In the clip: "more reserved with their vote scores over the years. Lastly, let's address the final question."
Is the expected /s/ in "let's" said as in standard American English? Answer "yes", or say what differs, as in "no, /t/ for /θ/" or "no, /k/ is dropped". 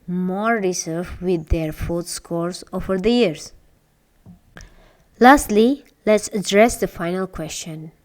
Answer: yes